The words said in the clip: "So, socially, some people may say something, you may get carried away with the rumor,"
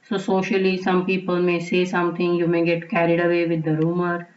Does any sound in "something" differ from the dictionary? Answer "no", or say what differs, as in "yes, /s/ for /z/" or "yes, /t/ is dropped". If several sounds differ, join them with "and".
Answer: yes, /t/ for /θ/